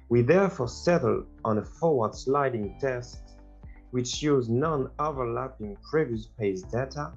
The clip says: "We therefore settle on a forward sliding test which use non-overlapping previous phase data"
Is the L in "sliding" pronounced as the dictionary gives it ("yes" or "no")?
yes